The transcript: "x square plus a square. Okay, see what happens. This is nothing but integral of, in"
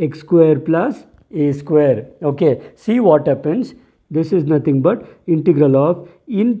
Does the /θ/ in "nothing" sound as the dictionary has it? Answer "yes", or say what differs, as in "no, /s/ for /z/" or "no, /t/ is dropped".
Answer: no, /t/ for /θ/